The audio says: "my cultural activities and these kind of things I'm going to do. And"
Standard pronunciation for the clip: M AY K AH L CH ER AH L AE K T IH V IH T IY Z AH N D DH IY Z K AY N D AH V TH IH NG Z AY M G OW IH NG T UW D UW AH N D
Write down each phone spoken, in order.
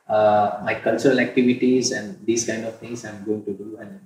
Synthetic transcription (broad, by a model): M AY K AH L CH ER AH L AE K T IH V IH T IY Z AH N D IY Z K AY N D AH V T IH NG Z AY M G OW IH NG T UW D UW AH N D